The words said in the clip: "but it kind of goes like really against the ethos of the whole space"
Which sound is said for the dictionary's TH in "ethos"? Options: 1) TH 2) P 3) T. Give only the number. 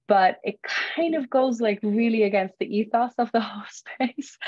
1